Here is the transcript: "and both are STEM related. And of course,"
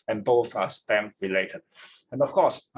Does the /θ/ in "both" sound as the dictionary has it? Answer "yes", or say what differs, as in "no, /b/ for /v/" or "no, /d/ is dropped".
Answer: yes